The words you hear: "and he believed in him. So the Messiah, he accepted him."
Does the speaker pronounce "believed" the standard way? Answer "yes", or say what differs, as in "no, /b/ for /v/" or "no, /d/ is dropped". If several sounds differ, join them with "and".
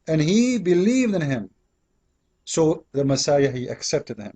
yes